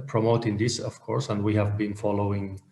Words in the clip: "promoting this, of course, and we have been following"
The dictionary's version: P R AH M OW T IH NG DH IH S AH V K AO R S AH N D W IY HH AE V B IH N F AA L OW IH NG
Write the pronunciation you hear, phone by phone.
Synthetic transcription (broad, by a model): P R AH M OW T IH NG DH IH S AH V K AO R S AH N D W IY HH AE V B IH N F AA L OW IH NG